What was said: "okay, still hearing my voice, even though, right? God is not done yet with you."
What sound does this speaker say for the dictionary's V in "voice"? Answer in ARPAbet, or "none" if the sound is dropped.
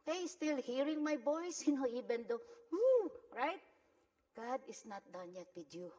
B